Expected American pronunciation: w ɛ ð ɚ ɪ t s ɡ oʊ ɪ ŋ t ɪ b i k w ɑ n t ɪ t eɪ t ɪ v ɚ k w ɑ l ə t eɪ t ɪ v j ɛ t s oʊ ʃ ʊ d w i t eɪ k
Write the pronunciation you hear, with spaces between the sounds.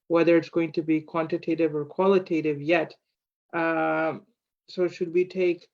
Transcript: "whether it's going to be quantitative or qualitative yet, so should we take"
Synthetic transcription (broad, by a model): w ɛ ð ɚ ɪ t s ɡ oʊ ɪ ŋ t ɪ b i k w ɑ n t ɪ t eɪ t ɪ v ɚ k w ɑ l ə t eɪ t ɪ v j ɛ t s oʊ ʃ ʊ d w i t eɪ k